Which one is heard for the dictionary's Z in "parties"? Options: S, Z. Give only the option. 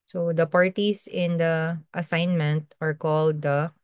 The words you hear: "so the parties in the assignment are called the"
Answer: S